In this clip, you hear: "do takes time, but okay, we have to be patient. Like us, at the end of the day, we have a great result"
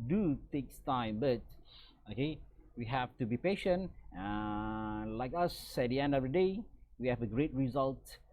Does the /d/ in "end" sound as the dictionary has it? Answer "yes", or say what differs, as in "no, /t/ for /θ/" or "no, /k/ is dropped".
yes